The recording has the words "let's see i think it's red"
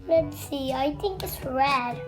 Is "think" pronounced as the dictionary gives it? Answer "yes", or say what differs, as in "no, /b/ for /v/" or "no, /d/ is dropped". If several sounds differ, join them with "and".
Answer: yes